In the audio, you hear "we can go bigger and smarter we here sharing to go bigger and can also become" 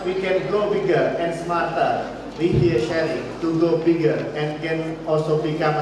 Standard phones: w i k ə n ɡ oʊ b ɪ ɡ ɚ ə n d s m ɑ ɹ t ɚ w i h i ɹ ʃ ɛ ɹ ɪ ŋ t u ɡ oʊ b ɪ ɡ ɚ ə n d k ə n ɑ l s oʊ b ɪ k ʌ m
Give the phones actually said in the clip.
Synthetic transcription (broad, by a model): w i k ə n ɡ oʊ b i ɡ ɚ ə n s m ɑ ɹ t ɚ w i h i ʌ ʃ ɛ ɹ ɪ t u ɡ oʊ b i ɡ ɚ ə n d k ə n ɑ l s oʊ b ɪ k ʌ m